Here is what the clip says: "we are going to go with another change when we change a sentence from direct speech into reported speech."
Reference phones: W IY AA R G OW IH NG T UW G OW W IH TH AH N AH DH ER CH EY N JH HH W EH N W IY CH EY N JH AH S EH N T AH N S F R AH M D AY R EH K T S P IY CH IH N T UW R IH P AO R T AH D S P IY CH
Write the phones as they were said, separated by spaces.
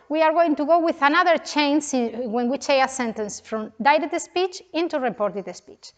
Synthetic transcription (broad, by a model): W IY AA R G OW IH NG T UW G OW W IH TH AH N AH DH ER CH EY N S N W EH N W IY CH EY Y AH S EH N T AH N S F R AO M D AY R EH T S P IY CH IH N T UW R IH P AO R T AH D S P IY CH